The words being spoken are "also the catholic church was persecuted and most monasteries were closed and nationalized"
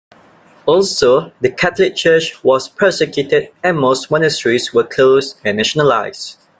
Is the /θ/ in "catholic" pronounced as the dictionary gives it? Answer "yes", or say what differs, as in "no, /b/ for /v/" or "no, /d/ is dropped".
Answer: no, /t/ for /θ/